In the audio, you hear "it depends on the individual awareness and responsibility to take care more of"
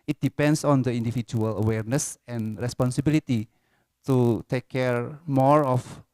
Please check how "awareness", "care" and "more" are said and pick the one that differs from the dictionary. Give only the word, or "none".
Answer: none